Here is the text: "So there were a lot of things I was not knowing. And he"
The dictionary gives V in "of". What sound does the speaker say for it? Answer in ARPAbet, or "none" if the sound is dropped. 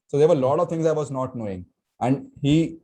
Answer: V